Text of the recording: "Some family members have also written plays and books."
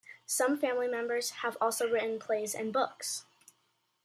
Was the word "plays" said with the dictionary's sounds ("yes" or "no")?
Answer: yes